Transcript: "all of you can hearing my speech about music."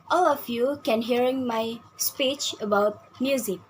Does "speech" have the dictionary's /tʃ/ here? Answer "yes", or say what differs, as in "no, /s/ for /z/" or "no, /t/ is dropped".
yes